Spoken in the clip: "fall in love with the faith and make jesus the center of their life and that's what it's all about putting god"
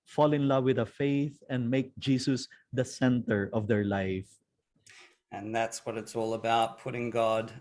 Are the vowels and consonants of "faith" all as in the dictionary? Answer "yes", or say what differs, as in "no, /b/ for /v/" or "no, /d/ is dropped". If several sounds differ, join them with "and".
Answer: yes